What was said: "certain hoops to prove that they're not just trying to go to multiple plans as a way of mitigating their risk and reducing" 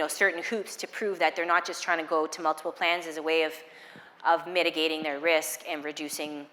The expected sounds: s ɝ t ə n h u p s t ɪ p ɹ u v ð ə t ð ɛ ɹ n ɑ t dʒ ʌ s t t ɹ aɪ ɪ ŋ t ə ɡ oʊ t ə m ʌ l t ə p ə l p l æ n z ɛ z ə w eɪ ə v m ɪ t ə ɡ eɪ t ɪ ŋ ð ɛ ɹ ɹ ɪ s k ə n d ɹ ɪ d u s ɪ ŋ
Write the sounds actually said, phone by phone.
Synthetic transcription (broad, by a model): s ɝ t n h u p s t ɪ p ɹ u v ð ə t ð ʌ ɹ n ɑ t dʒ ʌ s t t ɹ aɪ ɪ ŋ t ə ɡ oʊ t ə m ʌ l t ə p l p l æ n z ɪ z ə w eɪ ə v m ɪ t ə ɡ eɪ t ɪ ŋ ð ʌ ɹ ɹ ɪ s k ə n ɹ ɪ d u s ɪ ŋ